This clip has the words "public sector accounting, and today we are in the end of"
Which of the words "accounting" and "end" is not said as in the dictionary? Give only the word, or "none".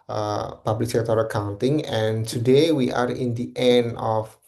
end